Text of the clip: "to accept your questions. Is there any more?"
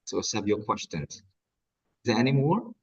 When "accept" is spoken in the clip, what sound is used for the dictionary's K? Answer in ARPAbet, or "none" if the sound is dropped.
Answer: none